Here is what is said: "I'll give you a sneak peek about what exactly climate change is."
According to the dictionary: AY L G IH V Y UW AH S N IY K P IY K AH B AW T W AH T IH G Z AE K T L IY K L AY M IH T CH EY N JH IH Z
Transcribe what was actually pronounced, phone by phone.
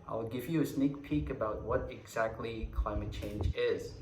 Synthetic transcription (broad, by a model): AY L G IH V Y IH AH S N IY K P IY K AH B AW T W AH T IH G Z AE K T L IY K L AY M IH T CH EY N JH IH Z